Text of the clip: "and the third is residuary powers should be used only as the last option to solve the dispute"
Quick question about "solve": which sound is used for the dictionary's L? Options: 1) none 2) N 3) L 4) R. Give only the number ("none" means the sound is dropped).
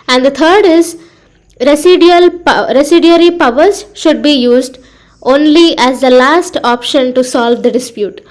3